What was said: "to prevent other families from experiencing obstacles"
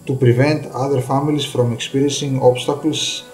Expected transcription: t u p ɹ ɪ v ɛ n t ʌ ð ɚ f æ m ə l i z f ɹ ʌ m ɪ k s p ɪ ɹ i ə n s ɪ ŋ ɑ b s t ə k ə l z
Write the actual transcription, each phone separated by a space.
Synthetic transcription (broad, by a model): t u p ɹ ɪ v ɛ n t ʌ ð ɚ f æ m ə l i s f ɹ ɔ m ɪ k s p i ɹ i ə n s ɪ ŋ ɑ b s t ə k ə l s